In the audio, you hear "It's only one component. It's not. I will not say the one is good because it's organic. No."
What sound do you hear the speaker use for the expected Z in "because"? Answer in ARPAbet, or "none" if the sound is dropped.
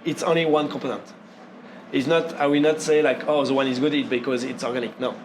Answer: Z